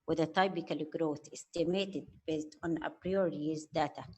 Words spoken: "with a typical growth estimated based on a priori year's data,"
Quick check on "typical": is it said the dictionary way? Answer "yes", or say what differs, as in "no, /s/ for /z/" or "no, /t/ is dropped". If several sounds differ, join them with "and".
no, /b/ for /p/